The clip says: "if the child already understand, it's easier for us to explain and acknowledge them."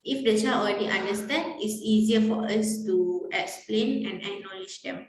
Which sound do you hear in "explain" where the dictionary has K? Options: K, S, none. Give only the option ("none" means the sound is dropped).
K